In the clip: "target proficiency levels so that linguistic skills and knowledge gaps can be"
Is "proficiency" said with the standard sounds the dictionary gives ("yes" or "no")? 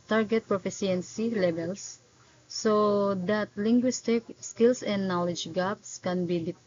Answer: no